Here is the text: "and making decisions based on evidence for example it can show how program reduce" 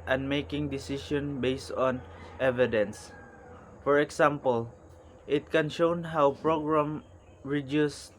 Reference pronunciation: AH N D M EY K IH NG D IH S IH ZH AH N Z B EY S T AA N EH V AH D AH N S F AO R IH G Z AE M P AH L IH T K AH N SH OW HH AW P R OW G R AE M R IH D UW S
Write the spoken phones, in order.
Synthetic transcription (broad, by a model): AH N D M EY K IH NG D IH S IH SH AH N B EY S T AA N EH V AH D AH N S F AO R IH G S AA M P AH L IH T K AH N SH OW HH AW P R OW G R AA M R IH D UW S